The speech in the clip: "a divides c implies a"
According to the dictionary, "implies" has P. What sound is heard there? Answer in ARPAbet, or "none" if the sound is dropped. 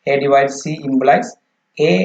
B